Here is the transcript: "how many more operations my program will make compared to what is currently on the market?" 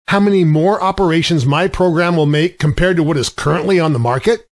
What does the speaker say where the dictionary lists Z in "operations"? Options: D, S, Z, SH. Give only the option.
Z